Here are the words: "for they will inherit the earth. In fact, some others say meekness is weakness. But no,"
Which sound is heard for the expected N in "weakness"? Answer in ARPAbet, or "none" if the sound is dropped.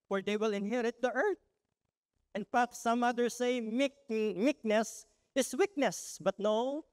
N